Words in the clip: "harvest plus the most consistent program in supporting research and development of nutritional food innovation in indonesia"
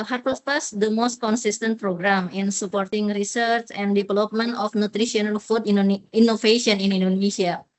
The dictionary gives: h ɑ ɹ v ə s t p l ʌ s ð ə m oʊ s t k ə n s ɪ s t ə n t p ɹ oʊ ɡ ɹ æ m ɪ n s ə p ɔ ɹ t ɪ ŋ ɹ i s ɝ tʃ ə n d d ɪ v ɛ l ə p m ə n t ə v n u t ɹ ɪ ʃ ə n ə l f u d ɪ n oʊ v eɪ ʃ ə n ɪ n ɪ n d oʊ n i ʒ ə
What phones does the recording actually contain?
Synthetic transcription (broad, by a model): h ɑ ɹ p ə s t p ʌ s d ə m oʊ s t k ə n s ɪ s t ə n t p ɹ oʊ ɡ ɹ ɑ m ɪ n s ə p ɔ ɹ t ɪ ŋ ɹ i s ɝ tʃ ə n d d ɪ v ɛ l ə p m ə n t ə f n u t ɹ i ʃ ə n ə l f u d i n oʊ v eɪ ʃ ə n ɪ n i n d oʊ n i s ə